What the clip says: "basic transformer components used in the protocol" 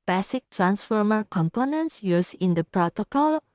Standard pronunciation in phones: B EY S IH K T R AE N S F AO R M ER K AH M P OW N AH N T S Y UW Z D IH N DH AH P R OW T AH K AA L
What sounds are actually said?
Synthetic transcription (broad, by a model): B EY S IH K T R AE N S F AO R M ER K AH M P OW N AH N T S Y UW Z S IH N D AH P R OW T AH K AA L